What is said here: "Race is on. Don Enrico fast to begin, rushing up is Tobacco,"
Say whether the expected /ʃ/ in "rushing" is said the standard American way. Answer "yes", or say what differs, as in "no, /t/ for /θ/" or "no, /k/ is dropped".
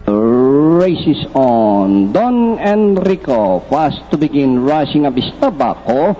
no, /s/ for /ʃ/